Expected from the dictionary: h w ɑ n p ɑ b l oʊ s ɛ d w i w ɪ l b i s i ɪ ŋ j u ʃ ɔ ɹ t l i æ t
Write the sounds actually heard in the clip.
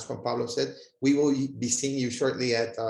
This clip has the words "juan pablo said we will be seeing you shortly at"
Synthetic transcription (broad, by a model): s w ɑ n p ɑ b l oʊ s ɛ d w i w ɪ l b i s i ɪ ŋ j u ʃ ɔ ɹ t l i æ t